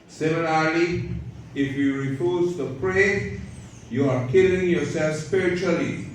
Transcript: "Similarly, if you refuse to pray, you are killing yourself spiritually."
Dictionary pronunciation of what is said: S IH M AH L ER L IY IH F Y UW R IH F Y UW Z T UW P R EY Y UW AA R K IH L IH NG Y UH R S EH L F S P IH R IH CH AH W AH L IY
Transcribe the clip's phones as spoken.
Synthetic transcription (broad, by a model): S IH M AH L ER L IY IH F Y UW R IH F Y UW Z T UW P R EY Y UW AA R K IH L IH NG Y UH R S EH L F S P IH R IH CH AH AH L IY